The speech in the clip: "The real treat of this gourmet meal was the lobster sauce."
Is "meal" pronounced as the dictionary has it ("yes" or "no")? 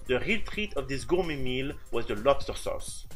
yes